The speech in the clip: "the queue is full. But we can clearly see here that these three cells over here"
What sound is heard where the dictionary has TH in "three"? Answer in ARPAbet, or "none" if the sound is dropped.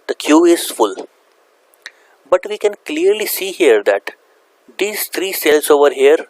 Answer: T